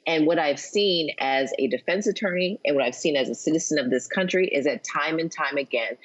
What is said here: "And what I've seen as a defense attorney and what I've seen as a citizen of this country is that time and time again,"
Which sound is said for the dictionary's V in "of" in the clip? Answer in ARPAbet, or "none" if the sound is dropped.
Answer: V